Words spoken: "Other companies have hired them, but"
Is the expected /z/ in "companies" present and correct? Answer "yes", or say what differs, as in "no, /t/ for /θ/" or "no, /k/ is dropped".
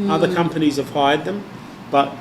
yes